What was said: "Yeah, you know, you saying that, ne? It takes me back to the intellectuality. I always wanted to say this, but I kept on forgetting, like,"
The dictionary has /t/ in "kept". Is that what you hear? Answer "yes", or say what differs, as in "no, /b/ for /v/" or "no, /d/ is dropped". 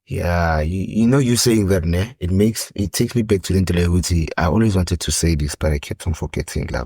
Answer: yes